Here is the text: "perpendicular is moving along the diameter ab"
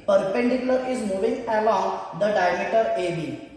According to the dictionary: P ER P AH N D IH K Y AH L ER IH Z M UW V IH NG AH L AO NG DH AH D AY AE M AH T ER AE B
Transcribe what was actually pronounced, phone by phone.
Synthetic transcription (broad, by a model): P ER P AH N D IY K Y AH L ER IH Z M UW V IH NG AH L AO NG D AH D AY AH M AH T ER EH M